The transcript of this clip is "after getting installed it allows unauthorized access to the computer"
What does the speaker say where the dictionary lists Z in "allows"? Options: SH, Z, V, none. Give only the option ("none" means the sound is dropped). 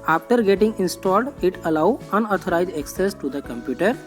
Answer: none